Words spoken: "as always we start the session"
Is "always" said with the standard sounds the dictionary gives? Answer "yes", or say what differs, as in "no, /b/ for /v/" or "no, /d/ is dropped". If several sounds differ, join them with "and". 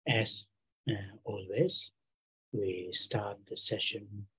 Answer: yes